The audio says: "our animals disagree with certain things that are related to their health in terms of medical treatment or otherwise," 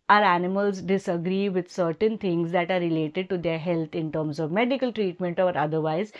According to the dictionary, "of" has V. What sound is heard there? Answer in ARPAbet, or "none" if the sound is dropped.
V